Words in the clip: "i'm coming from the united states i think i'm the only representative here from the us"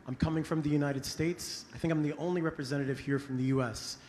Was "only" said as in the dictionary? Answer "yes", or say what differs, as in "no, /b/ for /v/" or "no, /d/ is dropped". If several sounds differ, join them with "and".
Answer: yes